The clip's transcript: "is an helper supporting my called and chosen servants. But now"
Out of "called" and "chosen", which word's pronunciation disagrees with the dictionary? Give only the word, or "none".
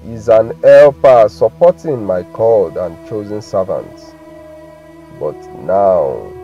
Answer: none